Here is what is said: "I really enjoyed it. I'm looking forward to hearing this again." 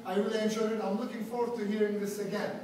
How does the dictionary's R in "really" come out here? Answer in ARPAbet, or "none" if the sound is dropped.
W